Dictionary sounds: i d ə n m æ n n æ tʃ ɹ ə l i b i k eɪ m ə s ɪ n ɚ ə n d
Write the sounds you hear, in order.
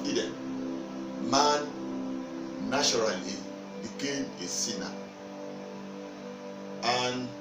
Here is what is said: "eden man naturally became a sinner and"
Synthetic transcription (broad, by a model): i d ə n m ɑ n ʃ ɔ ɹ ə l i b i k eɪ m ə s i n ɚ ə n